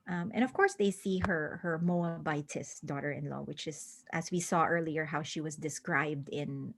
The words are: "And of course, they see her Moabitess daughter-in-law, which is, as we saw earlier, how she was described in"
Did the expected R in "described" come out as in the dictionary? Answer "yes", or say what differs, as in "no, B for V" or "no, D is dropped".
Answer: yes